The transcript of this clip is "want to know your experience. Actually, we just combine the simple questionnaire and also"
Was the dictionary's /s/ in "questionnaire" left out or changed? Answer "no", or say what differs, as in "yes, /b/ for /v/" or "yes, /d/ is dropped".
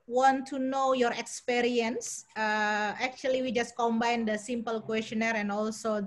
no